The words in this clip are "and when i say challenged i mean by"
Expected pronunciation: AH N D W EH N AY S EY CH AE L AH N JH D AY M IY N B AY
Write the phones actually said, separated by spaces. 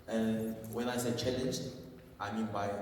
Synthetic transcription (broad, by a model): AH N W EH N AY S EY CH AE L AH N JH AY M IY N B AY